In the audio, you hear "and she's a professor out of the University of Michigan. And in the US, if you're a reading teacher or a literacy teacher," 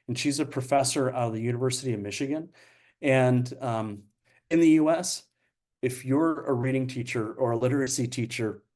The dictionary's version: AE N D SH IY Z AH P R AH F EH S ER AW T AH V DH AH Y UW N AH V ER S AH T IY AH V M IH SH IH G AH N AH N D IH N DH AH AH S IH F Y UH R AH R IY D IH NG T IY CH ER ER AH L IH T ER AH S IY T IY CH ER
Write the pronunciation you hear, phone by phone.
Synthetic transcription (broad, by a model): N SH IY Z AH P R AH F EH S ER AW T AH V DH AH Y UW N AH V ER S AH T IY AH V M IH SH IH G AH N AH N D IH N DH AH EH S IH F Y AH R AH R IY D IH NG T IY CH ER ER AH L IH T ER AH S IY T IY CH ER